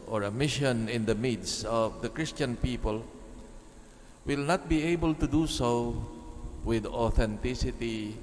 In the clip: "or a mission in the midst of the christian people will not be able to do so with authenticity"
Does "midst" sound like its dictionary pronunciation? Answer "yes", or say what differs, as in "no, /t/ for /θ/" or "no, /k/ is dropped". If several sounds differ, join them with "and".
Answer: no, /t/ is dropped